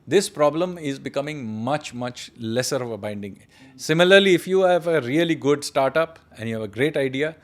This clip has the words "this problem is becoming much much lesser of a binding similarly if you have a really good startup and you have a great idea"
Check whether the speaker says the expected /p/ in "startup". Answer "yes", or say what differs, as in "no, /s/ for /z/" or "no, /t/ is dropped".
yes